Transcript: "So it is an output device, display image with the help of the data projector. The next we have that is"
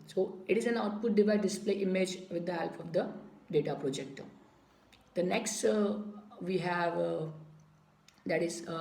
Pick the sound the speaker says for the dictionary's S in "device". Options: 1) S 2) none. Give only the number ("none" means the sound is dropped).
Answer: 2